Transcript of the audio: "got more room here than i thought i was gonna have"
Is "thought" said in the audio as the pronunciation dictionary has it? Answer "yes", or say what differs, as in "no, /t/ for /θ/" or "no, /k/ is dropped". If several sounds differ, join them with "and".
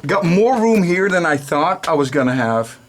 yes